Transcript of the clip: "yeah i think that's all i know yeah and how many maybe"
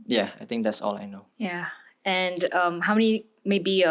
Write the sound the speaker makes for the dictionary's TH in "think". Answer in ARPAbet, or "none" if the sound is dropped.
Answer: T